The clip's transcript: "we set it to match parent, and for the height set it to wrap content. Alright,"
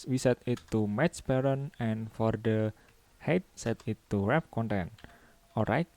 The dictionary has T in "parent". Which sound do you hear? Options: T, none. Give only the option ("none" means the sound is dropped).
none